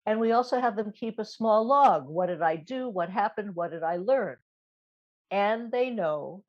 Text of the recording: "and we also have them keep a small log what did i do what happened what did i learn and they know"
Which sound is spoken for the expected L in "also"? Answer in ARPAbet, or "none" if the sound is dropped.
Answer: L